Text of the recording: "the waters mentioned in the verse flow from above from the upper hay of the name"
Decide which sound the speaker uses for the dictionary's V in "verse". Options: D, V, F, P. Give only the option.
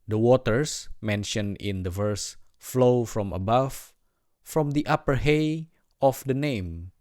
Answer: V